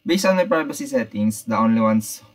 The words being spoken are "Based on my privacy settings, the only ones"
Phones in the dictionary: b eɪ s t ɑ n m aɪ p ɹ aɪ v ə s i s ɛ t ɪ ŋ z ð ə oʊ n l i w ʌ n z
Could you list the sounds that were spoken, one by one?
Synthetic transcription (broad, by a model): b eɪ s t ɑ n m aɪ p ɹ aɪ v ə s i s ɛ t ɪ ŋ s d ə oʊ n l i w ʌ n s